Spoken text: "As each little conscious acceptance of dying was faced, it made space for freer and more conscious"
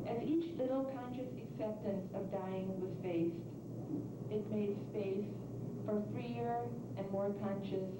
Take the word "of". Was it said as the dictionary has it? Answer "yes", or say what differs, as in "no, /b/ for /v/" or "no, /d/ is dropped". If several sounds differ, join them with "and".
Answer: yes